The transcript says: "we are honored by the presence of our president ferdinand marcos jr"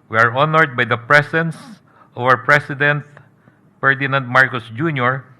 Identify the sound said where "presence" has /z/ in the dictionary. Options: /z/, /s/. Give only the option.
/s/